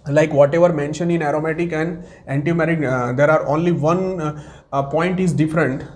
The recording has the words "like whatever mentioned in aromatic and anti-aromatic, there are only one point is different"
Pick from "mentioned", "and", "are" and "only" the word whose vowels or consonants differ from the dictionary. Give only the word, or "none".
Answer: mentioned